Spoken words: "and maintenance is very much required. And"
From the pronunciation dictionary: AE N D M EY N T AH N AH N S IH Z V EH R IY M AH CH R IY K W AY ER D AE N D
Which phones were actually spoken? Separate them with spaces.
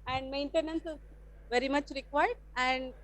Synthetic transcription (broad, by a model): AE N D M EY N T AH N AH N S IH Z V EH R IY M AH CH R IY K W AY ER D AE N D